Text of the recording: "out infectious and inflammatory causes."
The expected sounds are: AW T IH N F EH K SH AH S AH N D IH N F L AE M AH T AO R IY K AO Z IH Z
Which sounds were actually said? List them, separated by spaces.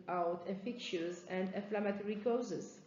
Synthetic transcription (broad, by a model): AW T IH F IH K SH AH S AH N D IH F L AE M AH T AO R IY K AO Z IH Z